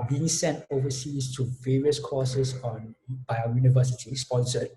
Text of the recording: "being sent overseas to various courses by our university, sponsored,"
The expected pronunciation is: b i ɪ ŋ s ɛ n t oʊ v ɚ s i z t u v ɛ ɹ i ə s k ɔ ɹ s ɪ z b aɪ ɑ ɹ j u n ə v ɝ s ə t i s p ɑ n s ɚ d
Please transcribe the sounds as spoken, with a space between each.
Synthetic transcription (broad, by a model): b i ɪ ŋ s ɛ n t oʊ v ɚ s i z t u v ɛ ɹ i ə s k ɔ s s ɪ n b aɪ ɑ j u n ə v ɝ s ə t i s p ɑ n s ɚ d